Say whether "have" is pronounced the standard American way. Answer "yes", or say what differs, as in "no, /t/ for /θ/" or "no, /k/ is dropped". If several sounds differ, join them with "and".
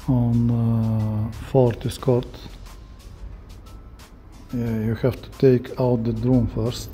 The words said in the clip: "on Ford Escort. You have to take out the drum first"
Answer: no, /f/ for /v/